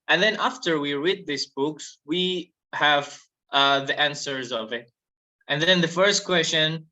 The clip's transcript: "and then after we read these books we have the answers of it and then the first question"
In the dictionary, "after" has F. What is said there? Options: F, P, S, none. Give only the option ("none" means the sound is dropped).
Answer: F